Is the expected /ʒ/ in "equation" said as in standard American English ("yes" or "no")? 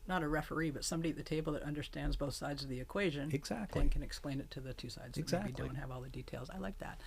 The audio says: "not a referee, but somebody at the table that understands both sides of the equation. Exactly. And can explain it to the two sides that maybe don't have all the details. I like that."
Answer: yes